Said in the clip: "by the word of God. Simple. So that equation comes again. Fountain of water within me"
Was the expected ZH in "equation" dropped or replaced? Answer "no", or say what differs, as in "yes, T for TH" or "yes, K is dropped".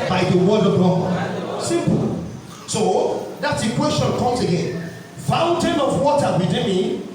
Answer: yes, S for ZH